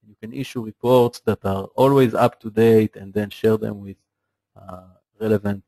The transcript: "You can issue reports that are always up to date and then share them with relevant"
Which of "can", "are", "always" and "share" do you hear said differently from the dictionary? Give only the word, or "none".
none